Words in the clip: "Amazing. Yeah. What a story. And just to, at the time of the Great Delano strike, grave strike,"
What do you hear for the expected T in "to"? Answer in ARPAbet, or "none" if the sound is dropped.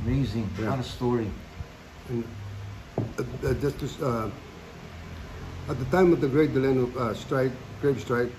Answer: S